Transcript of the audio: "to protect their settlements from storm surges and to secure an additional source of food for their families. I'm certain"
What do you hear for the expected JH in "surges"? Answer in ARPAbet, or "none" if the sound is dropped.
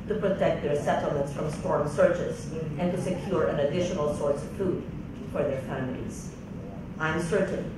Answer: CH